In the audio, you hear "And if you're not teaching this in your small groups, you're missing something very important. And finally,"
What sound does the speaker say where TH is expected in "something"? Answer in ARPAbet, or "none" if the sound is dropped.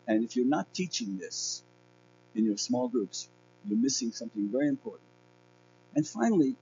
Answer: TH